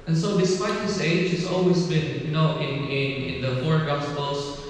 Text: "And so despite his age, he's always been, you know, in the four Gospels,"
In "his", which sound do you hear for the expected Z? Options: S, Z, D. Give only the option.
S